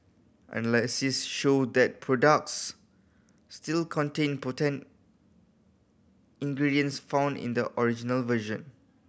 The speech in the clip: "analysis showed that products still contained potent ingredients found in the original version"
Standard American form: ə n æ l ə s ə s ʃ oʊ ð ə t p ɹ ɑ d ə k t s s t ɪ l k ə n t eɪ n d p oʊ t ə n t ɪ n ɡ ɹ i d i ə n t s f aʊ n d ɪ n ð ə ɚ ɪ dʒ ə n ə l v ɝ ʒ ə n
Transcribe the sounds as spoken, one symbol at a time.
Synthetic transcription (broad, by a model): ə n l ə s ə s ʃ oʊ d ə t p ɹ ɑ d ə k t s s t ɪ l k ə n t eɪ n p oʊ t ə n t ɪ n ɡ ɹ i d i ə n s f aʊ n d ɪ n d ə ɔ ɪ dʒ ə n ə l v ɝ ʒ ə n